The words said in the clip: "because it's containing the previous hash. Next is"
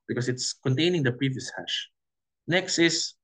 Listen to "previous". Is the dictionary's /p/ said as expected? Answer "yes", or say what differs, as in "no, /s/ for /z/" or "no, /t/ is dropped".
yes